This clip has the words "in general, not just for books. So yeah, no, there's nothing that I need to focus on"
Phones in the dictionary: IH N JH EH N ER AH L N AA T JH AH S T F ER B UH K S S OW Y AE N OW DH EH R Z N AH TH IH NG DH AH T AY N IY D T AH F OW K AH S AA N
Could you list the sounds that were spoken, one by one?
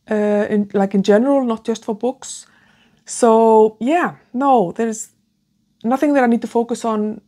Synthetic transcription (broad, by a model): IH N JH EH N ER AH L N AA T JH AH S T F ER B UH K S S OW Y AE N OW DH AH R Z N AH TH IH NG DH AH T AY N IY D T AH F OW K AH S N